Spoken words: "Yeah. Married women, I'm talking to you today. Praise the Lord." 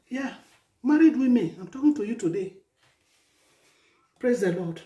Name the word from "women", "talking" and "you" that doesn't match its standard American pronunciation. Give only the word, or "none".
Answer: women